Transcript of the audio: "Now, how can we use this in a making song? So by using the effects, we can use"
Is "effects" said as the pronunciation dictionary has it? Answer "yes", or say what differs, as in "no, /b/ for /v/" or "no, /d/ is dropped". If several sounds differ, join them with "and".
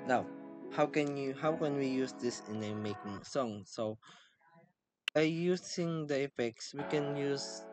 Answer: yes